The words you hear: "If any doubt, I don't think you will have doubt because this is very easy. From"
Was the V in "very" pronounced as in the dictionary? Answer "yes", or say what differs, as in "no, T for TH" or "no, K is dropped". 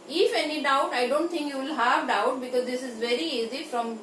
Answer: yes